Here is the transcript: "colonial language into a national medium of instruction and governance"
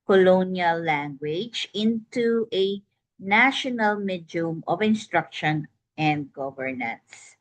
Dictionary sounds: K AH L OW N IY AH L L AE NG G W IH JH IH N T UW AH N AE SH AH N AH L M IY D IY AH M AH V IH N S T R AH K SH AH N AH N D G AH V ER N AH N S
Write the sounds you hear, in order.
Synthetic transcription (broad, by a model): K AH L OW N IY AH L L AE NG G W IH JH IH N T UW AH N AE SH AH N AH L M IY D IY M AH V IH N S T R AH K SH AH N AH N D G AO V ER N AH N S